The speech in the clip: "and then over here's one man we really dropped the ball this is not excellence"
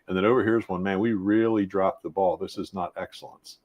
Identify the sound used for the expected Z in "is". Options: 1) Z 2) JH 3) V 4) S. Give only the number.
1